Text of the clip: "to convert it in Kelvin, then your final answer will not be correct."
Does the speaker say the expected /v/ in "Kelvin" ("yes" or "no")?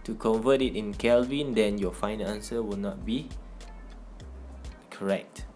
yes